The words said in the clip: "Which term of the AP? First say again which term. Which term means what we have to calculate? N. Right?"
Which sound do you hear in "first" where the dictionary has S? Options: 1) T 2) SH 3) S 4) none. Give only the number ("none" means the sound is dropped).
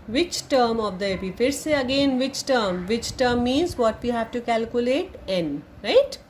4